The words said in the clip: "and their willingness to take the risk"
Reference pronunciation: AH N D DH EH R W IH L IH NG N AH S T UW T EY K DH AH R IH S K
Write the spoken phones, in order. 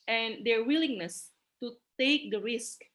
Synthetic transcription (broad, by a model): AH N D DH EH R W IH L IH NG N AH S T UW T EY K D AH R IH S K